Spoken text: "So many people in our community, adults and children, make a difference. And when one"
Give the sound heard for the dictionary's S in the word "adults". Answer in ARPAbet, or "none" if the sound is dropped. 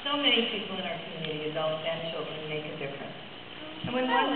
none